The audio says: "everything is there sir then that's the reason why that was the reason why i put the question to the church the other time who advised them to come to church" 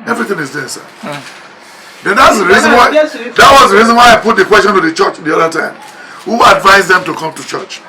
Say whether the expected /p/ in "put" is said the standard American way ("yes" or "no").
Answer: yes